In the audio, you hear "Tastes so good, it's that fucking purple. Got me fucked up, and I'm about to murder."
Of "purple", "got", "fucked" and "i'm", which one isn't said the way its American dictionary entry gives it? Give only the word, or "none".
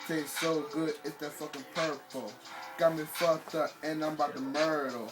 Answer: fucked